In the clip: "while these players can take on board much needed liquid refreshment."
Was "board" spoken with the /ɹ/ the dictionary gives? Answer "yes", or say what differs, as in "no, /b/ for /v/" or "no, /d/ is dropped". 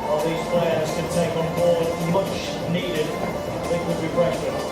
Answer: no, /w/ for /ɹ/